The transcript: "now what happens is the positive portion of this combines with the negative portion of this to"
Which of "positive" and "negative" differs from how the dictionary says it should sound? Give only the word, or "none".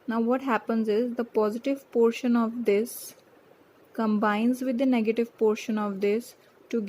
none